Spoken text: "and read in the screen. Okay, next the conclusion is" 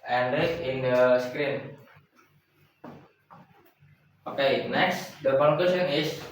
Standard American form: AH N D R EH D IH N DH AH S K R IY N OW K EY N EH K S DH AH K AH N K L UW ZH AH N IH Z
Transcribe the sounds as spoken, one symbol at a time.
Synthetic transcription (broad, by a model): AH N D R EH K IH N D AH S K R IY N OW K EY N EH K S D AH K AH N K W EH S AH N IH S